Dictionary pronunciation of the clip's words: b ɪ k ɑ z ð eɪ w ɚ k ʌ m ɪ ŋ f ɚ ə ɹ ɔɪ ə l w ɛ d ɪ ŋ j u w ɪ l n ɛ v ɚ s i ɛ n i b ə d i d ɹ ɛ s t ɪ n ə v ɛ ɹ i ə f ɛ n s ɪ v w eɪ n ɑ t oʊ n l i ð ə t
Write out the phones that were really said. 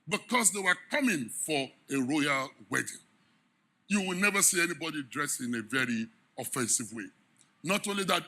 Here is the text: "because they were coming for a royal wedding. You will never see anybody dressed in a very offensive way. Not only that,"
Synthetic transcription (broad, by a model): b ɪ k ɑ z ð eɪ w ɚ k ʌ m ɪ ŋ f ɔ ə ɹ ɔɪ ə l w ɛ d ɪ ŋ j u w ɪ l n ɛ v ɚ s i ɛ n i b ə d i d ɹ ɛ s ɪ n ə v ɛ ɹ i ə f ɛ n s ɪ v w eɪ n ɑ t oʊ n l i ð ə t